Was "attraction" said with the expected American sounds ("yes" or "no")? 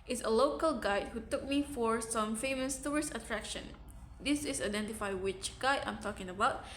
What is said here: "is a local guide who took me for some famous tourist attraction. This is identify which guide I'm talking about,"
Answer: yes